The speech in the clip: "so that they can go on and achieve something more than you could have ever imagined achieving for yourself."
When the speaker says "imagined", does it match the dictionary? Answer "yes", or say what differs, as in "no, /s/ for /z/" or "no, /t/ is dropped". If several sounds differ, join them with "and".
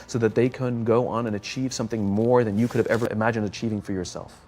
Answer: yes